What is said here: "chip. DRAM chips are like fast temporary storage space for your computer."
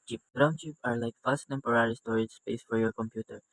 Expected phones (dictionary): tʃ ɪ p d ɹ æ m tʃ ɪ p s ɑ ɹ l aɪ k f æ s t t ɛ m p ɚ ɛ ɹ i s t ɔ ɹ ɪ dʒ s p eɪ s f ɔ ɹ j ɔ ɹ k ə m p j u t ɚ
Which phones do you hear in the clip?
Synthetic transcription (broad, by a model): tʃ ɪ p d ɹ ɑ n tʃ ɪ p ɑ ɹ l aɪ k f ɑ s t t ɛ m p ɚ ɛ ɹ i s t ɔ ɹ ɪ dʒ s p eɪ s f ɔ ɹ j ɔ ɹ k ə m p j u t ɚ